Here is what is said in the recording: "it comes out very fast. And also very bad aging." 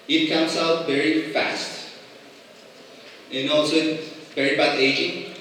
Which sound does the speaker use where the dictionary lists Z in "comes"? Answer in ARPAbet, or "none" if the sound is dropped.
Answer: S